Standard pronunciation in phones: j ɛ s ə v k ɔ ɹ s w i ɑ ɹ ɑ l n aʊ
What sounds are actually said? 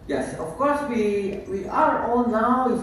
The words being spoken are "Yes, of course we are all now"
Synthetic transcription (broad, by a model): j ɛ s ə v k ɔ ɹ s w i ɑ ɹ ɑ n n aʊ